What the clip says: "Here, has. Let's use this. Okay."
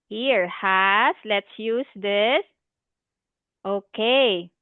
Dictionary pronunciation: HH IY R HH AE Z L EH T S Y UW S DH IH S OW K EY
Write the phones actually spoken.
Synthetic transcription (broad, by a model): HH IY R HH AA S L EH T S Y UW S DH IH S OW K EY